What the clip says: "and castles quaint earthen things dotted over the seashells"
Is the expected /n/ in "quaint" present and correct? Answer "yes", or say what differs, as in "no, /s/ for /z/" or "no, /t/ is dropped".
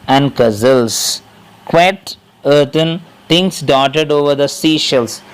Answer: no, /n/ is dropped